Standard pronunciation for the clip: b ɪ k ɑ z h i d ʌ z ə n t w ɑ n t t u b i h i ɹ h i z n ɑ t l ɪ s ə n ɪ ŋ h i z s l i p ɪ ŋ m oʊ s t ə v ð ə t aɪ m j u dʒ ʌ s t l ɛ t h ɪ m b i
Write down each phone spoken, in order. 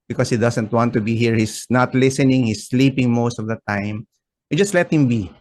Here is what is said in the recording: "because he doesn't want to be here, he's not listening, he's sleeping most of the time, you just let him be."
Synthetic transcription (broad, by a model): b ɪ k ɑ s h i d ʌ s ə n t w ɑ n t t u b i h i ɹ h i s n ɑ t l ɪ s ə n ɪ ŋ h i s l i p ɪ ŋ m oʊ s t ə v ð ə t aɪ m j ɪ dʒ ʌ s t l ɛ t h ɪ m b i